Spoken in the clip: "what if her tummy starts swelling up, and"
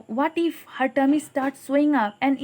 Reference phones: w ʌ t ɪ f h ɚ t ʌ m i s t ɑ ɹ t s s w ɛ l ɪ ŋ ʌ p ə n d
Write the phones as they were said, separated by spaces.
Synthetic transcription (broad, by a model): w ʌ t ɪ f h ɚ t ʌ m i s t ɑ ɹ t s s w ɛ ɪ ŋ ʌ p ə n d